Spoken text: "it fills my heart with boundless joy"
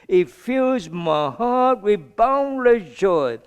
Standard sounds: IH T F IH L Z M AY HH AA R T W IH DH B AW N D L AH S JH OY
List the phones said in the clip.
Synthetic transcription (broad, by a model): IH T F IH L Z M AY HH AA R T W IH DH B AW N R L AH JH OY